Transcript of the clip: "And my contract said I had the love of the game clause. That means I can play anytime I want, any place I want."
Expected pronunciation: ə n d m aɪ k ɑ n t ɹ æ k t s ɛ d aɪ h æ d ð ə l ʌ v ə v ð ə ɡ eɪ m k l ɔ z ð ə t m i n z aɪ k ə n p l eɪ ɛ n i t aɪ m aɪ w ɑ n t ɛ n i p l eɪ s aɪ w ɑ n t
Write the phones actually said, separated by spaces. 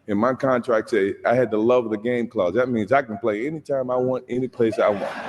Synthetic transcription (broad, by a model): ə n m aɪ k ɑ n t ɹ æ k t s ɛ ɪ aɪ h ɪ d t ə l ʌ v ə ð ə ɡ eɪ m k l ɔ z ð ə t m i n z aɪ k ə n p l eɪ ɛ n i t aɪ m aɪ w ɑ n t ɛ n i p l eɪ s aɪ w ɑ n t